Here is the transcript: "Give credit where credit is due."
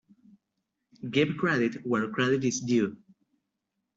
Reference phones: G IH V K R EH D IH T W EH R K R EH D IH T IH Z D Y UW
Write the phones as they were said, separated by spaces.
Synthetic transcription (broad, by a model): G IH B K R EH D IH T W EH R K R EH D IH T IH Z D Y UW